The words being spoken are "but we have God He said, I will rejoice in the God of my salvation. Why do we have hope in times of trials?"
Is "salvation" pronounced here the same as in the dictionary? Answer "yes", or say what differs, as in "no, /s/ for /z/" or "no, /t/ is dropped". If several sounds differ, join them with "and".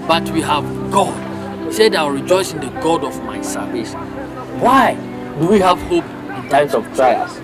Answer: no, /l/ is dropped